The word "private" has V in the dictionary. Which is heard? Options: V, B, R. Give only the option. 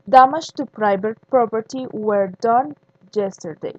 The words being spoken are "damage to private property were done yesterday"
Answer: B